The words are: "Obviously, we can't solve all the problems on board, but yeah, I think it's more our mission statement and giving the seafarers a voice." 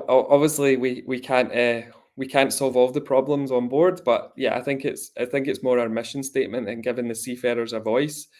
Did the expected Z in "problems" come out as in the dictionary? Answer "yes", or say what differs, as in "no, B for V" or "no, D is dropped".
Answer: yes